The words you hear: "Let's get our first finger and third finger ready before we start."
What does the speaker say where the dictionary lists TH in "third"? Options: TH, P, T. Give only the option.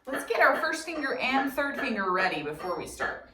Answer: TH